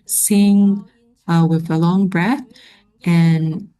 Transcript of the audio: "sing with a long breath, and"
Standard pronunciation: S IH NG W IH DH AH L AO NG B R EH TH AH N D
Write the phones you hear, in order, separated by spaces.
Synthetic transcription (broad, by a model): S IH NG W IH DH AH L AO NG B R EH TH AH N